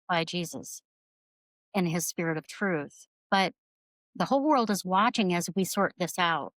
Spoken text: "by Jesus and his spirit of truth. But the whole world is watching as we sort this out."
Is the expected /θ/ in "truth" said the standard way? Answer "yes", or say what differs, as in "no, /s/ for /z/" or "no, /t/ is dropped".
yes